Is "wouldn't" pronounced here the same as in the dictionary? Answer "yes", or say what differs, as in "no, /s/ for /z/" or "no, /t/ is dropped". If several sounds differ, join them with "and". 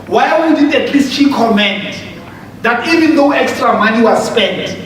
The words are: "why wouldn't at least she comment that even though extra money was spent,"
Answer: no, /n/ is dropped